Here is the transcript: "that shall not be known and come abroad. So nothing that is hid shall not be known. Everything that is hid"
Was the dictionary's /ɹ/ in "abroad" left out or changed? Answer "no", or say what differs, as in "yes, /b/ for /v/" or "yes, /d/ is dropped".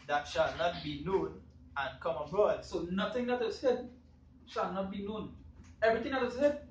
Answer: no